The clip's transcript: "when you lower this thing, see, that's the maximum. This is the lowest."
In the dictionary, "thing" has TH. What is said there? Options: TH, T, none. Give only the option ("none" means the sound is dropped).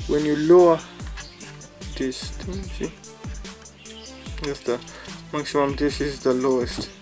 T